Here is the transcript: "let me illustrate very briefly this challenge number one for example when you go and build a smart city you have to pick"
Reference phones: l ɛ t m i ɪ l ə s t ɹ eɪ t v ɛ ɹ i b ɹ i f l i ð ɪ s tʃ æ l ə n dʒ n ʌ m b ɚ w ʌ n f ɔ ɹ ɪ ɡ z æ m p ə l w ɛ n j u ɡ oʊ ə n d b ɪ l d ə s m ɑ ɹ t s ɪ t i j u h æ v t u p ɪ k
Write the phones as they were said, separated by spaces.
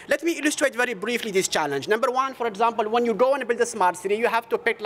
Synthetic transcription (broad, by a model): l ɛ t m i ɪ l ə s t ɹ eɪ t v ɛ ɹ i b ɹ i f l i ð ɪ s tʃ æ l ə n dʒ n ʌ m b ɚ w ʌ n f ɔ ɹ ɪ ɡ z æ m p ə l w ɛ n j u ɡ oʊ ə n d b ɪ l d ə s m ɑ ɹ t s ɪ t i j u h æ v t u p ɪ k